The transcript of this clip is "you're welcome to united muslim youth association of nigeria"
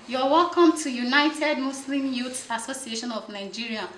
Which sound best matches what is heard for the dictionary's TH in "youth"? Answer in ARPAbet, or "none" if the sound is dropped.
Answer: S